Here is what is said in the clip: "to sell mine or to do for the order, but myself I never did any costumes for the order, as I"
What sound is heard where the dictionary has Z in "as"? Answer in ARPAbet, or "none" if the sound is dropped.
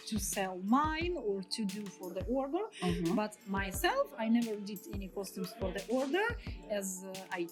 Z